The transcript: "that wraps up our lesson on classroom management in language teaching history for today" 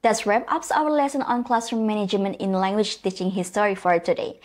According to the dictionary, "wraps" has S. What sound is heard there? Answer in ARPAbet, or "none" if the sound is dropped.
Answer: none